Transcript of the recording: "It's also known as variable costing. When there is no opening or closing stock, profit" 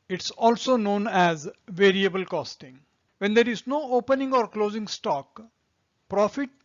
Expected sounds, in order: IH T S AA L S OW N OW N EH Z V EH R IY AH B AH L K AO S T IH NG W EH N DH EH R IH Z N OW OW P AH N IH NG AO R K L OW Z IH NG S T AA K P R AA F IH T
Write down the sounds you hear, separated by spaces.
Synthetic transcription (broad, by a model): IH T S AA L S OW N OW N EH Z V EH R IY AH B AH L K AO S T IH NG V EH N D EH R IH Z N OW OW P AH N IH NG AO R K L OW Z IH NG S T AA K P R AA F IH T